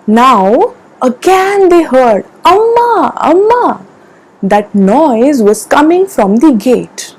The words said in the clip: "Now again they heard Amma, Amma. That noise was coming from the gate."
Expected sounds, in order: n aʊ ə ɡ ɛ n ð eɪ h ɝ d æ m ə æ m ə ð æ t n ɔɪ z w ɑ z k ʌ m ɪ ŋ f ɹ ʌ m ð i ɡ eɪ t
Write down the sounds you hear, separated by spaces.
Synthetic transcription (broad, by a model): n aʊ ə ɡ ɛ n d eɪ h ɝ d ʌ m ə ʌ m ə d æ t n ɔɪ z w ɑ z k ʌ m ɪ ŋ f ɹ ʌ m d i ɡ eɪ t